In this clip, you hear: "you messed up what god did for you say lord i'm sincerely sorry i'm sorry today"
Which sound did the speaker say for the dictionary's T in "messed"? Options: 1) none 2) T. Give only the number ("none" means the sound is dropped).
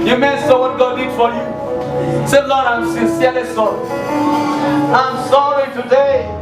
1